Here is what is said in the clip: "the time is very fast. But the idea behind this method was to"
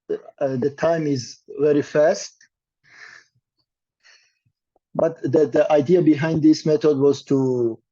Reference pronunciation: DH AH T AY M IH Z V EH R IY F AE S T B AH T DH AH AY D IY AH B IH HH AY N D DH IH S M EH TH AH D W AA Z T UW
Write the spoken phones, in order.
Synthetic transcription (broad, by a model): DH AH T AY M IH Z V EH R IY F AE S T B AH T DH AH AY D IY AH B IH HH AY N D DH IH S M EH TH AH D W AA Z T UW